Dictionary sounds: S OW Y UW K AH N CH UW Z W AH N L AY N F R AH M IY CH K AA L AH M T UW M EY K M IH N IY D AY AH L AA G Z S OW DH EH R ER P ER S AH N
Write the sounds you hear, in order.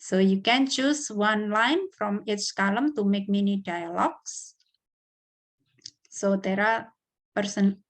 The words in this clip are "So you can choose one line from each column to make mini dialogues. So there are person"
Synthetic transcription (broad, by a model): S OW Y UW K AH N CH UW S W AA N L AY N F R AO M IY S K AA L AH M T UW M EY K M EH N IY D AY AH L AA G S S OW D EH R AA P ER S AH N